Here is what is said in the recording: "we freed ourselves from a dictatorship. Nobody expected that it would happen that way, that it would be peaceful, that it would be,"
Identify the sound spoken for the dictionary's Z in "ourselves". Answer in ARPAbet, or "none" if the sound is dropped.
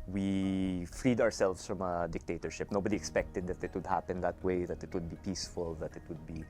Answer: S